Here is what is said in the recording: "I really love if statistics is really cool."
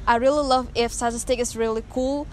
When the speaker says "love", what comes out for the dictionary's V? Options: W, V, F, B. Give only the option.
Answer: V